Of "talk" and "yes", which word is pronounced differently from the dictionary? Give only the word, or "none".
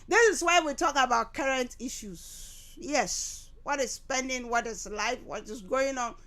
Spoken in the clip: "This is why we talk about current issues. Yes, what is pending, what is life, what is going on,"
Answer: none